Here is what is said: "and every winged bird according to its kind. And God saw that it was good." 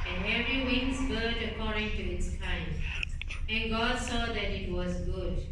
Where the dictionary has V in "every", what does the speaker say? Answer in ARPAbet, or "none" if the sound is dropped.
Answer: none